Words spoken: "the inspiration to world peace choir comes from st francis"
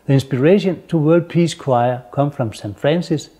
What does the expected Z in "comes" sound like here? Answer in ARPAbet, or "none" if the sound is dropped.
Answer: none